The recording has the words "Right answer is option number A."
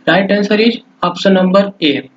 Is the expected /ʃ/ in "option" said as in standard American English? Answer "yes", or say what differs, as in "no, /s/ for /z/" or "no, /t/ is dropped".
no, /s/ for /ʃ/